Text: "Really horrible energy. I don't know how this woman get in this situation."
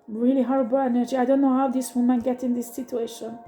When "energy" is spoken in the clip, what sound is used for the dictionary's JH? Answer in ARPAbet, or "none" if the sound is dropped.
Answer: JH